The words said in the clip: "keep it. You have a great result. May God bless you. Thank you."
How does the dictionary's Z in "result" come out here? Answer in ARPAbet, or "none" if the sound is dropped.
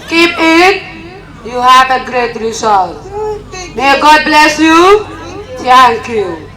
S